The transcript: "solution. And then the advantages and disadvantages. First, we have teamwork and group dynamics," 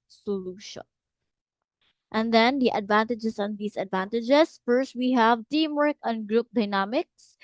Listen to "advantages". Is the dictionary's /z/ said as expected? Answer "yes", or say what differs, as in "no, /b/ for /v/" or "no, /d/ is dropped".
no, /s/ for /z/